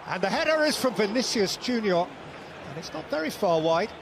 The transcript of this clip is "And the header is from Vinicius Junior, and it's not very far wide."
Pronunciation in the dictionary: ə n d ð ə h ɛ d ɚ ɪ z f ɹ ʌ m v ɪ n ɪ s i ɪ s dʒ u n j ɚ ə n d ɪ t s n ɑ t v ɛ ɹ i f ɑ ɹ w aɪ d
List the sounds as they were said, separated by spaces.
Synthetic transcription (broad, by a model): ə n ð ə h ɛ d ɚ ɪ z f ɹ ʌ m v ɪ n ɪ s i ɪ s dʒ u n j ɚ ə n ɪ t s n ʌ t v ɛ ɹ i f ɑ ɹ w aɪ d